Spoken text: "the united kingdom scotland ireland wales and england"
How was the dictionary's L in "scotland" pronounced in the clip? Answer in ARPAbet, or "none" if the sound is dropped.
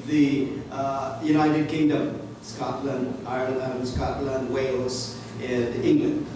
L